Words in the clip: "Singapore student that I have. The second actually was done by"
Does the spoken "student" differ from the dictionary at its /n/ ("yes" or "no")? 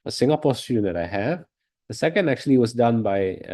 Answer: yes